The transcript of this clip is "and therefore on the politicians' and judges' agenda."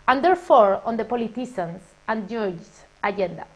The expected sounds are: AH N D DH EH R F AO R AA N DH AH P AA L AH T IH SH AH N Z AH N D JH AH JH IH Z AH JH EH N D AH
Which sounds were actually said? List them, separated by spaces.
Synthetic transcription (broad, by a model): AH N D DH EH R F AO R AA N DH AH P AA L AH T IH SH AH N S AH N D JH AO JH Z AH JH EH N D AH